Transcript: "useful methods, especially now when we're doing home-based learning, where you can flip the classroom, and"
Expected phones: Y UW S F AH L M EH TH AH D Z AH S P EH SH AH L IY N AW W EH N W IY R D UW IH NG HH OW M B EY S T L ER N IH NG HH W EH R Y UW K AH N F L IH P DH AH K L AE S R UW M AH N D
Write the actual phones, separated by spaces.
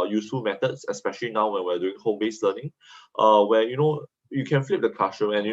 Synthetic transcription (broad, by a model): Y UW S F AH L M EH T AH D S AH S P EH SH AH L IY N AW W EH N W IY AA D UW IH NG HH OW M B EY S L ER N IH NG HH W EH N Y UW K AH N F L IH P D AH K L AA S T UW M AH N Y